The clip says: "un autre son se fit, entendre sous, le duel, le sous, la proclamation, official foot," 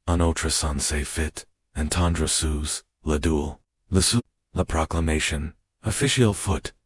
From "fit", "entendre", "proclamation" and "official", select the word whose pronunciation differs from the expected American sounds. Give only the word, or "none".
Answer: none